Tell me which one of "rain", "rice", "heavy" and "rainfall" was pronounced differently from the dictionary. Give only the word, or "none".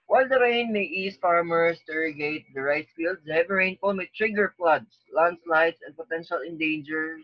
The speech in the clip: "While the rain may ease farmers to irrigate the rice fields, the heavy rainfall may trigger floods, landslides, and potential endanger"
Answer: rainfall